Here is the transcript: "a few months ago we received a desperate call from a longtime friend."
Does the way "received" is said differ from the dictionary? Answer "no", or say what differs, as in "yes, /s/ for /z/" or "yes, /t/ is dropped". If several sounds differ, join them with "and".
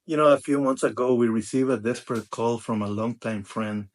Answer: yes, /d/ is dropped